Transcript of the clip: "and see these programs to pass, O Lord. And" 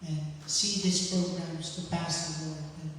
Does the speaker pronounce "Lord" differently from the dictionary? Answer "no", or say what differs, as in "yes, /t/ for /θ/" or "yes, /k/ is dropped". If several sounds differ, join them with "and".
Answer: yes, /d/ is dropped